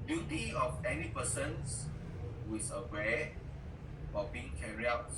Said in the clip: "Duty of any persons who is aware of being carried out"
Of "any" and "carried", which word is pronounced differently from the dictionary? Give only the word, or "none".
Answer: carried